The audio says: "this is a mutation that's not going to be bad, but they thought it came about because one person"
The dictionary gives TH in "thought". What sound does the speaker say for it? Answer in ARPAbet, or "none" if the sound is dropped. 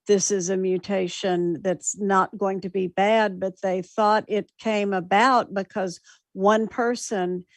TH